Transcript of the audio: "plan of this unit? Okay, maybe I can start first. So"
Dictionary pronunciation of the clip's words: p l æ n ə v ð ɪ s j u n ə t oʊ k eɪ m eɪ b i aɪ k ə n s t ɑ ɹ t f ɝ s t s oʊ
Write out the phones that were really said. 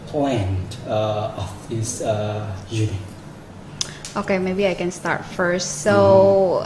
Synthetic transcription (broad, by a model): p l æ n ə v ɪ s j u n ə t oʊ k eɪ m eɪ b i aɪ k ə n s t ɑ ɹ t f ɝ s t s oʊ